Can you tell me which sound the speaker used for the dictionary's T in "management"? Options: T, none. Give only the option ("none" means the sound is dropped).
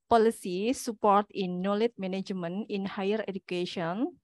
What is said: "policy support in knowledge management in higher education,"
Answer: none